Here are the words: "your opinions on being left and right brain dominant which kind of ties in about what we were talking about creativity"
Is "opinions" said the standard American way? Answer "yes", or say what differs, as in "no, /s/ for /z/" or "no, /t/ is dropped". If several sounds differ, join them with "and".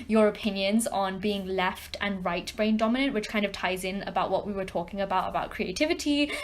yes